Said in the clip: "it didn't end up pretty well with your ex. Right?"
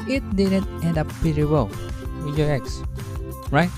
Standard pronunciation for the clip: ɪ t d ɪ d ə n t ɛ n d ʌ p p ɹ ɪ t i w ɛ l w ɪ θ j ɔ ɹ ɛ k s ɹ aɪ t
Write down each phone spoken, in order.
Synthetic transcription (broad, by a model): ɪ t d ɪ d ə n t ɛ n d ʌ p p ɪ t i w ɛ l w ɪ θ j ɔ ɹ ɛ k s ɹ aɪ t